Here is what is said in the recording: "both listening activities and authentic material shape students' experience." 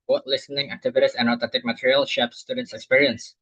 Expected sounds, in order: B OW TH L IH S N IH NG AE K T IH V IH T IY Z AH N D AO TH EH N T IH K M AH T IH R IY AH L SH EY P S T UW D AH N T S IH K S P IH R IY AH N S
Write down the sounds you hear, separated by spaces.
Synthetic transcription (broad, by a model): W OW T L IH S N IH NG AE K T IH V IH T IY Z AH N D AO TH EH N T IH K M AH T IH R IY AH L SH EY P S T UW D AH N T S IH K S P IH R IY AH N S